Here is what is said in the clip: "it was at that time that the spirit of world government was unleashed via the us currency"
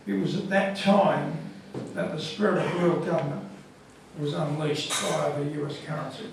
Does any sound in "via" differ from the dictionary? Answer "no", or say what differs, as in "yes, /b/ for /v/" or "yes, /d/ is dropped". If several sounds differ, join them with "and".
yes, /b/ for /v/